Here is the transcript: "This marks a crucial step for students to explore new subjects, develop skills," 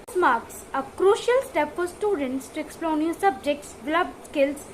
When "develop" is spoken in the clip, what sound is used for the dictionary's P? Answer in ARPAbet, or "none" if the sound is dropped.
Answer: B